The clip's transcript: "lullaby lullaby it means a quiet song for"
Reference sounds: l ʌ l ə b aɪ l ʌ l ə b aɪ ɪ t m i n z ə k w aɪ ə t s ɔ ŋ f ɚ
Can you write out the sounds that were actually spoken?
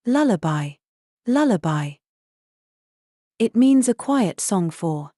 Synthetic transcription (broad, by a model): l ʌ l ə b aɪ l ʌ l ə b aɪ ɪ t m i n z ə k w aɪ ə t s ɔ ŋ f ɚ